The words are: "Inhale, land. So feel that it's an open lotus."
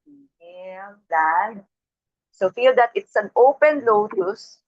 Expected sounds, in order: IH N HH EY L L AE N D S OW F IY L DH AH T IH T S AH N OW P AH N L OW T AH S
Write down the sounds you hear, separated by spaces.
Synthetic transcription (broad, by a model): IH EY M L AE D S OW F IY L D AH T IH T S AH N OW P AH N L OW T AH S